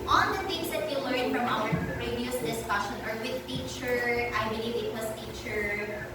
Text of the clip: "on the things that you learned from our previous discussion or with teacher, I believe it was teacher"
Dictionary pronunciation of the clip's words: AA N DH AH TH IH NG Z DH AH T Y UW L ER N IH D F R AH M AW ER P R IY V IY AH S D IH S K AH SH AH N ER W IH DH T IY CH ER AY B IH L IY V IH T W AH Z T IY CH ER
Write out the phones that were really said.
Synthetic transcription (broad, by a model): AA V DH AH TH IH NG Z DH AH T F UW L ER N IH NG F R AH M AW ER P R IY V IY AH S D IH S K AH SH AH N ER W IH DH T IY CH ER AY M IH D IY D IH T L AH S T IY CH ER